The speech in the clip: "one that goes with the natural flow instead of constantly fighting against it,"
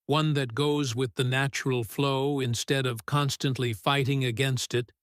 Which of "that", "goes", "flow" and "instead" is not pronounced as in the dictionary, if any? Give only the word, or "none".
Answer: none